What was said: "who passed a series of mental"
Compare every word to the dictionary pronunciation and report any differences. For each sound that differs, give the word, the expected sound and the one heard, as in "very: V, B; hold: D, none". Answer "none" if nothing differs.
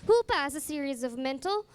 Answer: passed: T, none